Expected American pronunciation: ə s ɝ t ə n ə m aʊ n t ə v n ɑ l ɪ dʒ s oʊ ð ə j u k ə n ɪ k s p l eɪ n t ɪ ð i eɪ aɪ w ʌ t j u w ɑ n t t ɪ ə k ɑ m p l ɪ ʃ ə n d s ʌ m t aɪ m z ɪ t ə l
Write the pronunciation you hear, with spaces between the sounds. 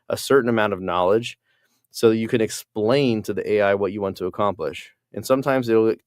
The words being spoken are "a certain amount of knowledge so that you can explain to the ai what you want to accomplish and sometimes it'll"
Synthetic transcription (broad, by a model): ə s ɝ t n ə m aʊ n t ə v n ɑ l ɪ dʒ s oʊ ð ə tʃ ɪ k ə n ɪ k s p l eɪ n t ɪ ð i eɪ aɪ w ʌ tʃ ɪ w ɑ n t t ɪ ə k ɑ m p l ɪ ʃ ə n s ʌ m t aɪ m z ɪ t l